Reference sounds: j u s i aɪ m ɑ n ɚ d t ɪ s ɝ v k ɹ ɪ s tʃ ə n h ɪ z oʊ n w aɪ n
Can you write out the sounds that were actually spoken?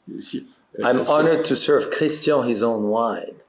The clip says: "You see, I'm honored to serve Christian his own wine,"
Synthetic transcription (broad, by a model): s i aɪ m ɑ n ɚ d t ɪ s ɝ v k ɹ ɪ s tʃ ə h ɪ z oʊ n w aɪ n